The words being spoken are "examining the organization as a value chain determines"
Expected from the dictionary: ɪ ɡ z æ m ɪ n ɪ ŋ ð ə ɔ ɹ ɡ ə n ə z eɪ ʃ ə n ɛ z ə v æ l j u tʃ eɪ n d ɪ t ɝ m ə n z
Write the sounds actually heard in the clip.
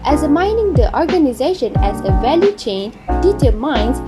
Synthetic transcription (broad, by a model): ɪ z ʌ m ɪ n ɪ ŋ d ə ɔ ɹ ɡ ə n ə z eɪ ʃ ə n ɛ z ə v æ l j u tʃ eɪ n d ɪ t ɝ m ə n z